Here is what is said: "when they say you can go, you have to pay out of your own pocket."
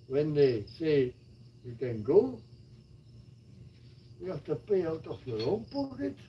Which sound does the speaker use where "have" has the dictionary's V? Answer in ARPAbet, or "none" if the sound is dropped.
F